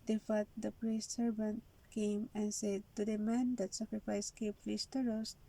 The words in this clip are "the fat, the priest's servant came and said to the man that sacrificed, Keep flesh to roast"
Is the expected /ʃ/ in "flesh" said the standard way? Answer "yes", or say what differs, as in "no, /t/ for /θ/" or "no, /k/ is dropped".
no, /s/ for /ʃ/